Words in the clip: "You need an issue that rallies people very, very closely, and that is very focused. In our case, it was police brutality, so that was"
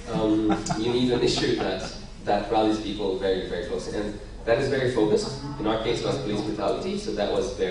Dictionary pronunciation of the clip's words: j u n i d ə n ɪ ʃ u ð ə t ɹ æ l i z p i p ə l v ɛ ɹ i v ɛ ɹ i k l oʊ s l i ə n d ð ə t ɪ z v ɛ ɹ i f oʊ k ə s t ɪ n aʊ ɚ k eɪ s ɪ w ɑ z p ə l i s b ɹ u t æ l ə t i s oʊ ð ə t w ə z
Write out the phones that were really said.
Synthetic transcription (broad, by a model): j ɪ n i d ə n ɪ ʃ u ð ə t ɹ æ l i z p i p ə l v ɛ ɹ i v ɛ ɹ i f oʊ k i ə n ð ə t ɪ z v ɛ ɹ i f oʊ k ə s t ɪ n aʊ ɚ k eɪ ɪ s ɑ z p ə l i s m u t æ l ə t i s oʊ ð ə t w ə z